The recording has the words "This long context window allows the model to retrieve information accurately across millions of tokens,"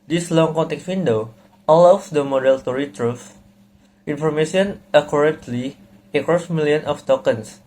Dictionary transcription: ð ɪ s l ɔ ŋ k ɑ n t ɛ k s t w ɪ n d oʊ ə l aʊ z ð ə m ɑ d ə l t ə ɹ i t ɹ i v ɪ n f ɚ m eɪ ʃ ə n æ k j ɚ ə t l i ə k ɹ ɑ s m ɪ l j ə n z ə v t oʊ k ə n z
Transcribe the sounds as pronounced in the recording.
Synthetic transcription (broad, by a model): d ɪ s l ɔ ŋ k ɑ n t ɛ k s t w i n d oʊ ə l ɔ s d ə m ɑ d ə l t ə ɹ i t ɹ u f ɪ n f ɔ m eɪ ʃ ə n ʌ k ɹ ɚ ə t l i ə k ɹ ɑ s m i l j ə n ə f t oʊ k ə n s